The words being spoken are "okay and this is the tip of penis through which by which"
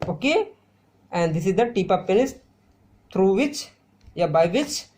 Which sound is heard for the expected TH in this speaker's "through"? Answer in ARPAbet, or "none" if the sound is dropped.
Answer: T